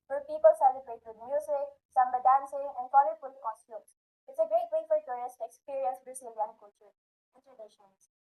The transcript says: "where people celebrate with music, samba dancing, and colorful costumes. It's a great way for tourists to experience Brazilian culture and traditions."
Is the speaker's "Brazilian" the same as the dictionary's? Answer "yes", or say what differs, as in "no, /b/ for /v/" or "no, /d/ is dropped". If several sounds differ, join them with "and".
no, /s/ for /z/